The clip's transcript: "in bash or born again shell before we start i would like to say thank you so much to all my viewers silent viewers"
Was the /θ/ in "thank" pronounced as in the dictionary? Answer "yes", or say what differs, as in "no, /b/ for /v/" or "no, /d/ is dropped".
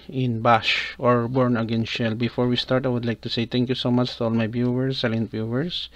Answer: no, /t/ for /θ/